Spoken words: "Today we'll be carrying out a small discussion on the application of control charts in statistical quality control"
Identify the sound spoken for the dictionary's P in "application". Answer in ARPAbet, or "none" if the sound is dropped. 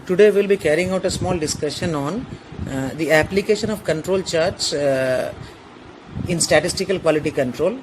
P